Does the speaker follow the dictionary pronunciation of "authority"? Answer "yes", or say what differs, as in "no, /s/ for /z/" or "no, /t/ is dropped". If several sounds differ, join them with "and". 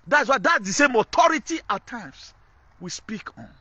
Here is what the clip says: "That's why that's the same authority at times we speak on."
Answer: no, /t/ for /θ/